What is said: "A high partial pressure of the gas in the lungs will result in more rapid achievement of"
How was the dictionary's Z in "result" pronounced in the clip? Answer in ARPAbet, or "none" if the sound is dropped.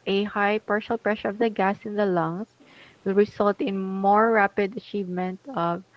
S